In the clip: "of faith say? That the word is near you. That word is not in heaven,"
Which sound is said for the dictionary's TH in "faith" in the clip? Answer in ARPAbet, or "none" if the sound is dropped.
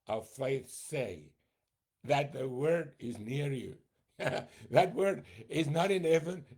TH